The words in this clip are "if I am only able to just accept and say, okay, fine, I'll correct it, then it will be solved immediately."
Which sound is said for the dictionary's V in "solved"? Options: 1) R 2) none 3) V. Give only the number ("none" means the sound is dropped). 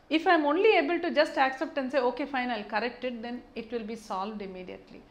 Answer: 3